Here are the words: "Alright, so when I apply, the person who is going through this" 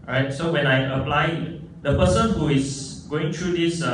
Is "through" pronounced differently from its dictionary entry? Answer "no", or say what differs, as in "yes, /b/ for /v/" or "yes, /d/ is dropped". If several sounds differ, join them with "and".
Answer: yes, /t/ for /θ/